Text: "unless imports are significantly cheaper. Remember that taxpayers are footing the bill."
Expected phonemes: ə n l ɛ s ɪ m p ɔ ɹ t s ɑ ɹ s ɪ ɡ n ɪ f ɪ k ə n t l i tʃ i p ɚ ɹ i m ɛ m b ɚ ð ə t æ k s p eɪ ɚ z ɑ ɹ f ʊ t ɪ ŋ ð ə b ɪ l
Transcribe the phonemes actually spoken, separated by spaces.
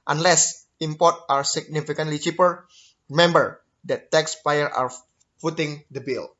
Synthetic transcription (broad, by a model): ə n l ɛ s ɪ m p ɔ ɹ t ɑ ɹ s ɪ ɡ n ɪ f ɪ k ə n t l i tʃ i p ɚ ɹ i m ɛ m b ɚ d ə t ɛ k s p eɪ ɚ ɑ ɹ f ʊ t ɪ ŋ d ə b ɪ l